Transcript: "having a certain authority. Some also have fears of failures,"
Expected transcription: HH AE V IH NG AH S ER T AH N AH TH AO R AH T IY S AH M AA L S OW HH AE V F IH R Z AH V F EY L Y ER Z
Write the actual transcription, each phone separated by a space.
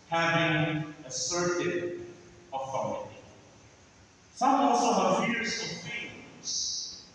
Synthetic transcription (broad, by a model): HH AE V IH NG AH S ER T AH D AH F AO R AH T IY S AH M AA L S OW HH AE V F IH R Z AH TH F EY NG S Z